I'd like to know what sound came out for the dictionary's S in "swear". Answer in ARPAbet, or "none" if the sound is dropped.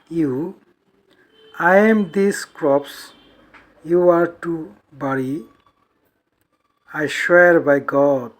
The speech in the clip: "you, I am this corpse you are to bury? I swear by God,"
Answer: SH